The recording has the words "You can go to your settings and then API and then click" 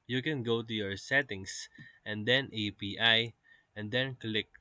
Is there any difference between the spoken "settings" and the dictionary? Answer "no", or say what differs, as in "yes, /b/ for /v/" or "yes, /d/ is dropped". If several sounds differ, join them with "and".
yes, /s/ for /z/